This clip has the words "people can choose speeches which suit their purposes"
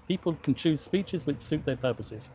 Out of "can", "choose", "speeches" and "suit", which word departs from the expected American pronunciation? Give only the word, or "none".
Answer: none